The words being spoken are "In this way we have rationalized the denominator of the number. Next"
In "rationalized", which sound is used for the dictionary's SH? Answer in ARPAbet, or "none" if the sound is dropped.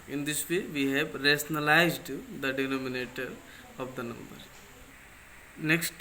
S